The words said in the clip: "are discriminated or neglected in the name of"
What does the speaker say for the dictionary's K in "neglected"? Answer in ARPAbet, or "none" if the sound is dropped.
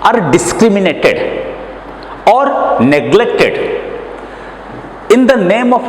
K